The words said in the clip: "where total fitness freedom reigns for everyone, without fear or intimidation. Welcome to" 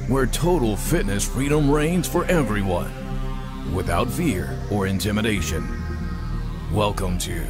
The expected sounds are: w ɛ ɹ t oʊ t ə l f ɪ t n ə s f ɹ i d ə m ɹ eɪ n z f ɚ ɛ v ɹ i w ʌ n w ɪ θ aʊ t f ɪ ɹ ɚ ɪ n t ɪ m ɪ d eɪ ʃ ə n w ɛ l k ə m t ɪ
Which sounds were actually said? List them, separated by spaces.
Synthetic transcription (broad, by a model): w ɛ ɹ t oʊ t l f ɪ t n ə s f ɹ i d ə m ɹ eɪ n z f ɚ ɛ v ɹ i w ʌ n w ɪ θ aʊ t f ɪ ɹ ɚ ɪ n t ɪ m ɪ d eɪ ʃ ə n w ɛ l k ə m t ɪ